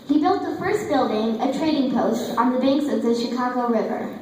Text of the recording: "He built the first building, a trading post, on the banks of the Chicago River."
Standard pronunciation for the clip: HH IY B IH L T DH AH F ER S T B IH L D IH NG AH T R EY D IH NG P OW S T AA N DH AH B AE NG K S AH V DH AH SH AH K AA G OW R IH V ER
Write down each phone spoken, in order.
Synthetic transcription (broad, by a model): HH IY B IH L T DH AH F ER S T B IH L D IH NG AH T R EY D IH NG P OW S T N DH AH B AE NG K S AH V DH AH SH AH K AA G OW R IH V ER